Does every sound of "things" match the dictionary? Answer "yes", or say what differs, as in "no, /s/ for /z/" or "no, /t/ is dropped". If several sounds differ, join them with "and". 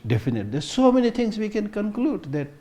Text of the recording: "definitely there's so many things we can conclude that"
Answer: no, /t/ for /θ/